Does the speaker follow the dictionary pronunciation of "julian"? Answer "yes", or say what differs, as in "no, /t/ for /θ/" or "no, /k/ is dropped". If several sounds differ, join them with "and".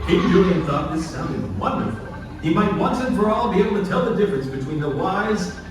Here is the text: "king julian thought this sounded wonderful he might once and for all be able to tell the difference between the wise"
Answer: no, /l/ is dropped